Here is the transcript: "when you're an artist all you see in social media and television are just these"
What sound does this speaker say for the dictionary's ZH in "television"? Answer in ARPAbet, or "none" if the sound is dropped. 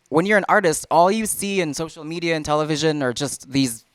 ZH